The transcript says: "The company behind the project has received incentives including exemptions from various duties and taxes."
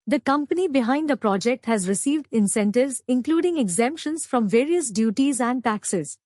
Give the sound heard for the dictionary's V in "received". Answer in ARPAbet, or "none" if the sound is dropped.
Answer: V